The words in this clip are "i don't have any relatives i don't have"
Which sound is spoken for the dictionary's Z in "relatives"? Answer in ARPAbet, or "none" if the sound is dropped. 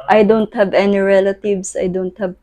S